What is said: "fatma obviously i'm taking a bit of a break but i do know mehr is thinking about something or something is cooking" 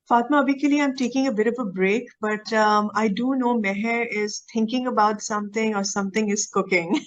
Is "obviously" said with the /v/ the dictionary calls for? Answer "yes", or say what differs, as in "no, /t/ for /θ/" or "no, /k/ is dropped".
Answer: no, /v/ is dropped